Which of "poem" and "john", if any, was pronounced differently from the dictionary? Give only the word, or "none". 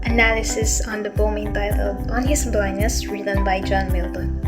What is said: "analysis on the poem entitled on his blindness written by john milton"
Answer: poem